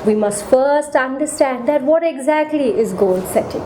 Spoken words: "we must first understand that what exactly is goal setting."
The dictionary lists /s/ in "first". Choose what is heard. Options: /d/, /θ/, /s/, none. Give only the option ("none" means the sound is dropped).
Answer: /s/